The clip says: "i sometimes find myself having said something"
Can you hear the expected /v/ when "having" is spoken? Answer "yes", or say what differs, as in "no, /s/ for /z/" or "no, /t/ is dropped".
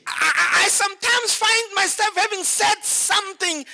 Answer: yes